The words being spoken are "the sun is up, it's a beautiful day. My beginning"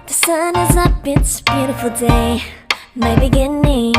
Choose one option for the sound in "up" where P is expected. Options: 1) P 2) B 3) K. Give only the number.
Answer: 2